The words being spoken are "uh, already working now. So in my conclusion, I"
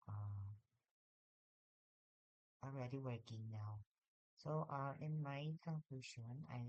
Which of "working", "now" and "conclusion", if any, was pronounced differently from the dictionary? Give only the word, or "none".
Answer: conclusion